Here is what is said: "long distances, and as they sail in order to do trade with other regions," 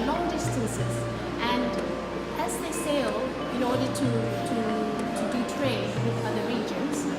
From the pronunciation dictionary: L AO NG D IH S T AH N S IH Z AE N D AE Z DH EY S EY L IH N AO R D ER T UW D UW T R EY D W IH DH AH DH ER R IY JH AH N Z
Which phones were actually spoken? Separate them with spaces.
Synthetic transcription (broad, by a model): L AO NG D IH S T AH S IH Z AE N D AE Z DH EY S EY L IH N AO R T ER T UW D UW T R EY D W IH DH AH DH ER R IY JH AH N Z